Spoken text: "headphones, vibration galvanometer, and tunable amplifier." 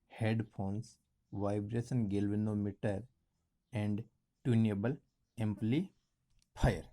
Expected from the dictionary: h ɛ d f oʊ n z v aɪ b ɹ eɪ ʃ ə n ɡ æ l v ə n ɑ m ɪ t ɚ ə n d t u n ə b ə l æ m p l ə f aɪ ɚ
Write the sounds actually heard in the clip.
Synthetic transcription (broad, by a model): h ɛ d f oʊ n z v aɪ b ɹ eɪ s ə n ɡ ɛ l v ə n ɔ m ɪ t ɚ ə n d t u n ə b ə l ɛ m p l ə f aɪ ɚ